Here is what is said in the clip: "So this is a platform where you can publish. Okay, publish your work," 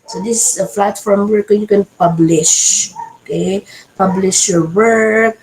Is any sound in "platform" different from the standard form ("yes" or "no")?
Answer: yes